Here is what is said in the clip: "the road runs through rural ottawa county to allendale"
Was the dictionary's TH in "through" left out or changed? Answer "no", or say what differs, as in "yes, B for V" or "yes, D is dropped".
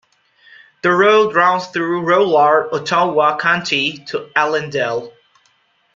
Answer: no